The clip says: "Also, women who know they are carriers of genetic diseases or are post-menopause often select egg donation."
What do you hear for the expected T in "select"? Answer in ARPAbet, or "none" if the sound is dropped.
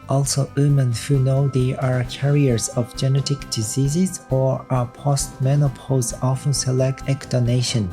T